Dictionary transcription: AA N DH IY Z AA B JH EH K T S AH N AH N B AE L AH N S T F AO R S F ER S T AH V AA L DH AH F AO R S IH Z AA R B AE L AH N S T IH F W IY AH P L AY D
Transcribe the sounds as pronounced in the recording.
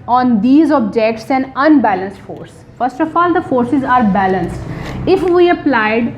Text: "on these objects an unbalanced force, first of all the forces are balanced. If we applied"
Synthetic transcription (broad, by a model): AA N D IY Z AA B JH EH K T S AH N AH N B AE L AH N S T F AO R S F ER S T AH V AA L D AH F AO R S IH Z AA R B AE L AH N S T IH F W IY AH P L AY D